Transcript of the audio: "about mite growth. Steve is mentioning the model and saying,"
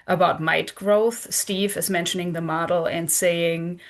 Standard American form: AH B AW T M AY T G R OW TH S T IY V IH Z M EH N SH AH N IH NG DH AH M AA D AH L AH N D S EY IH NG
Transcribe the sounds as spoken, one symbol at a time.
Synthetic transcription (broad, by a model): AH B AW T M AY T G R OW TH S T IY V IH Z M EH N SH AH N IH NG DH AH M AA D L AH N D S EY IH NG